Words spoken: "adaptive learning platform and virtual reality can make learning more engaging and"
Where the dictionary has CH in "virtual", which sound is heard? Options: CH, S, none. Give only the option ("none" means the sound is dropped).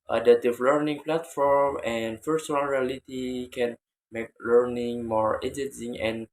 S